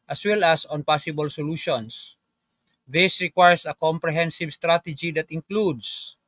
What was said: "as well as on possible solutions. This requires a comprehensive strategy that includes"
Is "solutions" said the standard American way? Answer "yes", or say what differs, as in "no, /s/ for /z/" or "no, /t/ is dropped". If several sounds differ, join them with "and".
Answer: no, /s/ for /z/